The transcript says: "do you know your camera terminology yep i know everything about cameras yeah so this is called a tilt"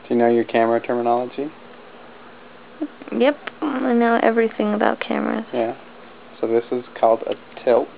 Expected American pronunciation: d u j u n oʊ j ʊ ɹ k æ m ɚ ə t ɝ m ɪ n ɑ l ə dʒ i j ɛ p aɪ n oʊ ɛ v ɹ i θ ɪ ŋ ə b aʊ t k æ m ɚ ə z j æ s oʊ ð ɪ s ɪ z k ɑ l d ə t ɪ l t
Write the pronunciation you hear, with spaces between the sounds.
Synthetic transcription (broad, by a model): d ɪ j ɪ n oʊ j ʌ ɹ k æ m ɚ ə t ɝ m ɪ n ɑ l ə dʒ i j ɛ p aɪ n oʊ ɛ v ɹ i θ ɪ ŋ ə b aʊ t k æ m ɚ ə z j æ s oʊ ð ɪ s ɪ z k ɑ l d ə t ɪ l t